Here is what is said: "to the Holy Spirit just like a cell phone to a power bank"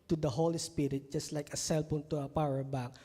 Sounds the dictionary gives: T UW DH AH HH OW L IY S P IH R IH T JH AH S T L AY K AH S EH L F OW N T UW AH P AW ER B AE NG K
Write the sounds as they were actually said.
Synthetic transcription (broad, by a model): T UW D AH HH OW L IY S P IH R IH T JH AH S T L AY K AH S EH L P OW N T UW AH P AW ER B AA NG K